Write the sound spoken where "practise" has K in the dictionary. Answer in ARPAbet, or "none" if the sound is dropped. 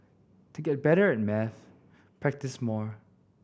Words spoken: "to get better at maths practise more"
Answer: K